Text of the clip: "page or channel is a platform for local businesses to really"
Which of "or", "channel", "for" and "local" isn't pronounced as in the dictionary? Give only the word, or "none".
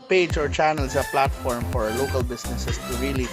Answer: none